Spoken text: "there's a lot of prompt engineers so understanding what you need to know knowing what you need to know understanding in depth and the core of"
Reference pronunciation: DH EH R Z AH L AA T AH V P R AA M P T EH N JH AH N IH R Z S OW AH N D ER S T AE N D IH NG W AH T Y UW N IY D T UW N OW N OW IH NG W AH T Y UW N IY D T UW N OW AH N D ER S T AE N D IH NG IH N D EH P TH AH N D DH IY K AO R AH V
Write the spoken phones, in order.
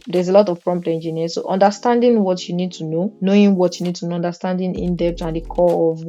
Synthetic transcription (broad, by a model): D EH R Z AH L AA T AH V P R AA M P T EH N JH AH N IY S OW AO N D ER S T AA N D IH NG W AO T Y UW N IY D T UW N OW N OW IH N W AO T Y UW N IY D T UW N OW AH N D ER S T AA N D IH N IH N D EH P T AH N D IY K AO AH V